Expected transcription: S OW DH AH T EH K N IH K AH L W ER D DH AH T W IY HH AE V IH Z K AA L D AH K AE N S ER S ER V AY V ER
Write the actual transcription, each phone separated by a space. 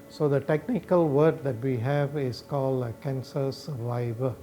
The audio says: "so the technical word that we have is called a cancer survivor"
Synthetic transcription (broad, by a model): S OW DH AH T EH K N IH K AH L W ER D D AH T W IY HH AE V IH S K AA L D AH K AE N S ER S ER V AY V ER